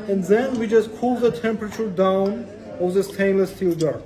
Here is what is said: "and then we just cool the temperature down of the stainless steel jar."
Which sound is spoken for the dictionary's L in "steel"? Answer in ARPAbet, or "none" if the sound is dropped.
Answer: L